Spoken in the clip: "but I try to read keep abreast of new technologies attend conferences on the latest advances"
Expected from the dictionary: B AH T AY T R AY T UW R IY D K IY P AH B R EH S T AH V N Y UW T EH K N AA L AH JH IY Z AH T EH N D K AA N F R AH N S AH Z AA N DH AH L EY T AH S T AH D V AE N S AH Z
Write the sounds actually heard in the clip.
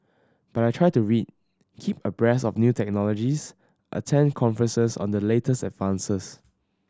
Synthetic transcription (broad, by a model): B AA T AY T R AY T UW R IY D K IY P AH B R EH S AH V N Y UW T EH K N AA L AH JH IY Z AH T EH N D K AA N F R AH N S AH S AA N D AH L EY T AH S T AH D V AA N S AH S